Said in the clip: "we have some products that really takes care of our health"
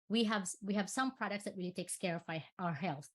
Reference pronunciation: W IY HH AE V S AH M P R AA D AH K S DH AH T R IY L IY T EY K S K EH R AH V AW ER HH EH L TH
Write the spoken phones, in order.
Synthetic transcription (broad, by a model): W IY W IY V S AH M P R AA D AH K S DH AH T R IY L IY T EY K S K EH R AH F AW ER HH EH L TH